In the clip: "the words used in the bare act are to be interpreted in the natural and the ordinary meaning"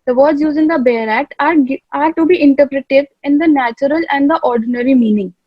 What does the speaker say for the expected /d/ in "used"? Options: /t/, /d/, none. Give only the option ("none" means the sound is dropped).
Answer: none